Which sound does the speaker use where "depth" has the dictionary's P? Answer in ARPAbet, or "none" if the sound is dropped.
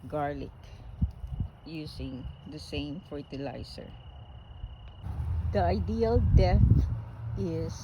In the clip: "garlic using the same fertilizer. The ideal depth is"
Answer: none